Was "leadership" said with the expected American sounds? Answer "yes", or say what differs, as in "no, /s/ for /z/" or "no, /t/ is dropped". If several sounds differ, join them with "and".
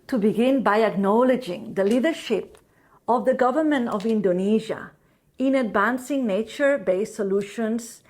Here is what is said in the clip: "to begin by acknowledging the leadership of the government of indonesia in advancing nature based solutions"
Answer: yes